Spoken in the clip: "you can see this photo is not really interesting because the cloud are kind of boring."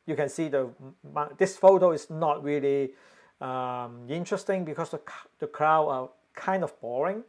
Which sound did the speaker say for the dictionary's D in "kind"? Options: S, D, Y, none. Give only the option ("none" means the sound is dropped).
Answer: D